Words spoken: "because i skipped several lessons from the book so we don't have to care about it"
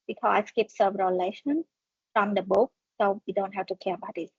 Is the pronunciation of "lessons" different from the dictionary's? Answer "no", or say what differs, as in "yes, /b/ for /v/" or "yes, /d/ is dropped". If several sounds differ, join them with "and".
yes, /ʃ/ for /s/ and /z/ is dropped